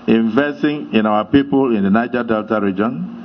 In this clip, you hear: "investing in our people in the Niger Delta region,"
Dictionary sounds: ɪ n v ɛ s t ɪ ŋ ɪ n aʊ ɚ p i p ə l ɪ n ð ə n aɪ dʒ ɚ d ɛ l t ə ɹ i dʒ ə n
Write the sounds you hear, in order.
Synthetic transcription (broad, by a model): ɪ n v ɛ s t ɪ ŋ ɪ n aʊ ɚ p i p ə l ɪ n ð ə n aɪ dʒ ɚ d ɛ l t ə ɹ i dʒ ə n